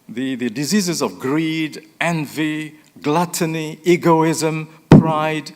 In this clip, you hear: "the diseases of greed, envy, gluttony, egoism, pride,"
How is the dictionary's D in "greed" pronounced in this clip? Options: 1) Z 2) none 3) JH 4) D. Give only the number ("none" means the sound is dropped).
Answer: 4